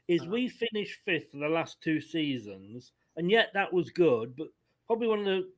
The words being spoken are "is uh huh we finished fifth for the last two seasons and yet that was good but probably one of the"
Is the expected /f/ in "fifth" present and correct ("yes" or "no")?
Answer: yes